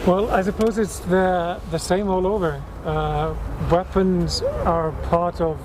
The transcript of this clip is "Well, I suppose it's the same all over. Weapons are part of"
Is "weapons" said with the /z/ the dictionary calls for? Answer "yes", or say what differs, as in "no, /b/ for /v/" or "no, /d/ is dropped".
yes